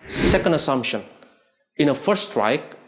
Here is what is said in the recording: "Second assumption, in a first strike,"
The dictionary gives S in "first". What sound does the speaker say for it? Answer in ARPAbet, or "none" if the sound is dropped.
none